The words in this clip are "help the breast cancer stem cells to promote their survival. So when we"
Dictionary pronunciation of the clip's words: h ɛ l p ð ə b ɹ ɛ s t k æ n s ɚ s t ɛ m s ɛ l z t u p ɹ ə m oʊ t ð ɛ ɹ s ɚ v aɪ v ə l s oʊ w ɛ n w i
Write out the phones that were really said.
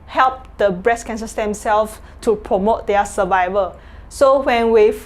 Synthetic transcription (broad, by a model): h ɛ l p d ə b ɹ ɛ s k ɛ n s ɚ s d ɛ m s ɛ l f t u p ɹ ə m oʊ t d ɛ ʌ s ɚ v aɪ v ə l s oʊ w ɛ n w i